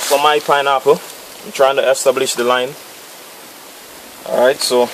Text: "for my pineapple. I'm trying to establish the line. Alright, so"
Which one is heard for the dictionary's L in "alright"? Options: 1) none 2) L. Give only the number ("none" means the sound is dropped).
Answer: 1